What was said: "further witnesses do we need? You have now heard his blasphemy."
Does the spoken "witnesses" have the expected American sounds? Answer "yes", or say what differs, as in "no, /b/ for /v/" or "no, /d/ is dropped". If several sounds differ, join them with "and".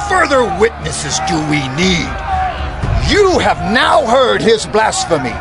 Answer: yes